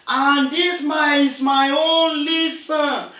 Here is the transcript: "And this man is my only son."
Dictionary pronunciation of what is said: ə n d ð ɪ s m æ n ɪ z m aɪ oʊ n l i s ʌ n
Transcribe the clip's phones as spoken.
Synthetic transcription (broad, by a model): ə n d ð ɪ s m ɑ ɪ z m aɪ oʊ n l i s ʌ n